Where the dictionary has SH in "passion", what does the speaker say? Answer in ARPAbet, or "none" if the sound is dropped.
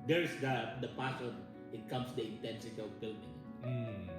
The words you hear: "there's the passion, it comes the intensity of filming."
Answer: S